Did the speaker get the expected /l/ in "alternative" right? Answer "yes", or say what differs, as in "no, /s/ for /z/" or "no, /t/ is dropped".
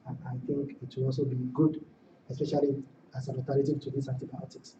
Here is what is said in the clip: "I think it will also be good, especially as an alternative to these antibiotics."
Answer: no, /l/ is dropped